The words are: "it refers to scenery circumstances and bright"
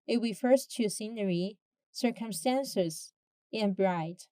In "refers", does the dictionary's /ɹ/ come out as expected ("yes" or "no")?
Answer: no